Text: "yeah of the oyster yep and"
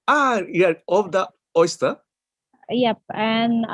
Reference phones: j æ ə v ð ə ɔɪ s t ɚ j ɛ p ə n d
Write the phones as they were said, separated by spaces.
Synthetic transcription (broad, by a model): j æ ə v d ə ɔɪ s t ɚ j ɛ p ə n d